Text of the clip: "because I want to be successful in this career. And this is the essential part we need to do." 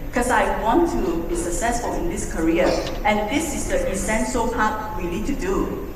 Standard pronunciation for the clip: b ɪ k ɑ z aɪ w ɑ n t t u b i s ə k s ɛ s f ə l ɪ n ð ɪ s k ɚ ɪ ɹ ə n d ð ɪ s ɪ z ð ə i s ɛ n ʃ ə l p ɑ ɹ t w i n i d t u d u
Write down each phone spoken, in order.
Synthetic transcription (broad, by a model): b k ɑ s aɪ w ɑ n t t u b i s ə k s ɛ s f ə l ɪ n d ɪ s k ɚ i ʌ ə n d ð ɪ s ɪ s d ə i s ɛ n s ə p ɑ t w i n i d t u d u